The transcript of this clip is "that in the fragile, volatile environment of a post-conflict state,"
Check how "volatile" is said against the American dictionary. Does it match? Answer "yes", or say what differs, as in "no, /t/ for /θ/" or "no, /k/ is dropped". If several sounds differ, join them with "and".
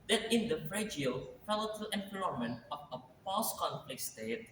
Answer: no, /f/ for /v/